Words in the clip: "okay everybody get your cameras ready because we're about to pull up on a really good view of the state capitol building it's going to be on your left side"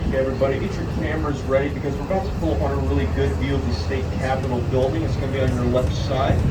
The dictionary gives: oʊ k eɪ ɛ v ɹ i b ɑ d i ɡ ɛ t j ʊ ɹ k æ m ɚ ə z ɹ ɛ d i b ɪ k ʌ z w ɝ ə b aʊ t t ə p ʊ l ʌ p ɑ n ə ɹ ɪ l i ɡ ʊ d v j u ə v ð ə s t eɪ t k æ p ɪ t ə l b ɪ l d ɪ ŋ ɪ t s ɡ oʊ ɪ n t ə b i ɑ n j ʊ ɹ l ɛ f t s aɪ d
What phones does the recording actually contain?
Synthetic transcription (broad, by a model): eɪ ɛ v ɹ i b ɑ d i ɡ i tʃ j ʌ ɹ k æ m ɚ ə z ɹ ɛ d i b ɪ k ʌ z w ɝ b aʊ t t ə p ʊ l ʌ p ɑ n ə ɹ ɪ l i ɡ ʊ d v j u ə v ð ə s t eɪ t k æ p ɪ t l b ɪ l d ɪ ŋ ɪ t s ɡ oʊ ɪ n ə b i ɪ n j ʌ ɹ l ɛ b s aɪ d